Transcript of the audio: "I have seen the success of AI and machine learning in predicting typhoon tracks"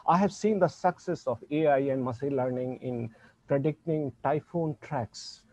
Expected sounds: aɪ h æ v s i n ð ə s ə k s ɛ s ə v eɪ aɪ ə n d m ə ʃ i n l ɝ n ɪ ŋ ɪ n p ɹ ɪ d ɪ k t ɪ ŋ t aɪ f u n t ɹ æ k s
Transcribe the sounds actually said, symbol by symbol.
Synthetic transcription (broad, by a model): aɪ h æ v s i n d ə s ə k s ɛ s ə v eɪ aɪ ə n d m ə s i l ɝ n ɪ ŋ ɪ n p ɹ ɪ d ɪ k t ɪ ŋ t aɪ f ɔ n t ɹ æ k s